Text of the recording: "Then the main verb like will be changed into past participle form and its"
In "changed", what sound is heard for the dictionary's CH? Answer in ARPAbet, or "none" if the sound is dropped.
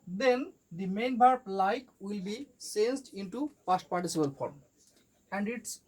S